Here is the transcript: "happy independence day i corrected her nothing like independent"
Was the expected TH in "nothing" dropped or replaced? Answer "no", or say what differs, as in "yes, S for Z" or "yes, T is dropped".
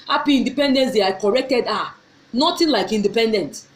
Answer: yes, T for TH